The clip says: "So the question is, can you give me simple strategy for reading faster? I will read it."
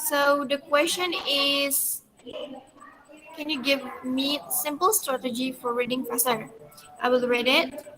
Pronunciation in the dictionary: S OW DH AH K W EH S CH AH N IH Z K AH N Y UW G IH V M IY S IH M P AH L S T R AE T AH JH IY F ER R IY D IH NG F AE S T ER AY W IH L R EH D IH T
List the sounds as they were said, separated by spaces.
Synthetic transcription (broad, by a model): S OW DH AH K W EH S CH AH N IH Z K AH N Y UW G IH V M IY S IH M P AH L S T R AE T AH JH IY F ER R IY D IH NG P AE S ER AY W IH L R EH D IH T